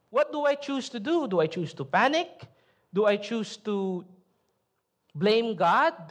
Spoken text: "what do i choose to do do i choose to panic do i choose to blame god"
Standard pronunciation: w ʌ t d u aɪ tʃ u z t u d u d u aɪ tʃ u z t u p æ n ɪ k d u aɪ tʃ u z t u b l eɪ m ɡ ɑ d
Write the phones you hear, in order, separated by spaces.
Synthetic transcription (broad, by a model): w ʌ t d u aɪ tʃ u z t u d u d u aɪ tʃ u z t u p æ n ɪ k d u aɪ tʃ u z t u b l eɪ m ɡ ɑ d